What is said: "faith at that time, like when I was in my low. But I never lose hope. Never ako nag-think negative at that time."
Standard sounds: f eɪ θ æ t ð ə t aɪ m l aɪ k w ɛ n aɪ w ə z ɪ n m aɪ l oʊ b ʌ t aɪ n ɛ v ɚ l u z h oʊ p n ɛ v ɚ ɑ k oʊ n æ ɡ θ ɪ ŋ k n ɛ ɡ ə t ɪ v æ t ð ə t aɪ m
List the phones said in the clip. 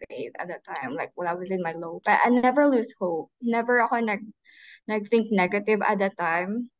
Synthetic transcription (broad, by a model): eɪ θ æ t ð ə t aɪ m l aɪ k w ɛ l aɪ w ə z ɪ n m aɪ l oʊ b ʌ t aɪ n ɛ v ɚ l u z h oʊ p n ɛ v ɚ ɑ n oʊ n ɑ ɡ θ ɪ ŋ k n ɛ ɡ ə t ɪ v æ t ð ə t aɪ m